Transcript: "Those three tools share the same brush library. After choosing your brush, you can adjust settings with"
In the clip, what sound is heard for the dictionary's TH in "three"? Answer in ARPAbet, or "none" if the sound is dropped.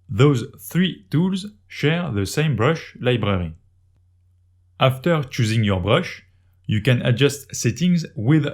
TH